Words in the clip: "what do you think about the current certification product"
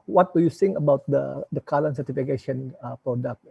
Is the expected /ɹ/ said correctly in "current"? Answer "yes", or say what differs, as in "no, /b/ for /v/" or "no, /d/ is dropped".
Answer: no, /l/ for /ɹ/